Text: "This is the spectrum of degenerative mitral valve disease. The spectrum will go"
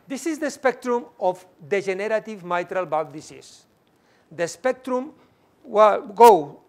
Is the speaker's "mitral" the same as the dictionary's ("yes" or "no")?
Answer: yes